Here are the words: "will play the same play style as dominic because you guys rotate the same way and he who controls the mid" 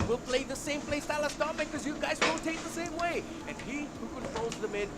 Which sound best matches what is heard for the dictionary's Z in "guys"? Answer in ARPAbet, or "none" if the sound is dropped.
Z